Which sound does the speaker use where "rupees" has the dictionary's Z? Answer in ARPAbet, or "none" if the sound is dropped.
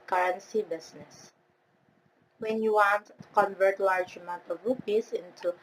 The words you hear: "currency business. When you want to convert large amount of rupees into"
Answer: S